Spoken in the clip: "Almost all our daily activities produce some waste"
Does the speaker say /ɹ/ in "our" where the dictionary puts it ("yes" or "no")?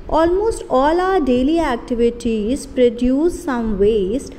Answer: yes